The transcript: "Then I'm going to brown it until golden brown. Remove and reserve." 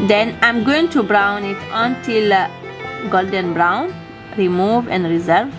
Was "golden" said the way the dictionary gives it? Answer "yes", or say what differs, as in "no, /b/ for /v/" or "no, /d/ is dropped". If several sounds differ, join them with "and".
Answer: yes